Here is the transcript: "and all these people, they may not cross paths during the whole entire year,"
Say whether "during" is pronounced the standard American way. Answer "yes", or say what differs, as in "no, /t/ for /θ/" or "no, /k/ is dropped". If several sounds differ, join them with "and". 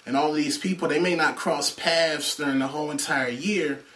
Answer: yes